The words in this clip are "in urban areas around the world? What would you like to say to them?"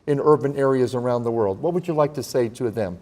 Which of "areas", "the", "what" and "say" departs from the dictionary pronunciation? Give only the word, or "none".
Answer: none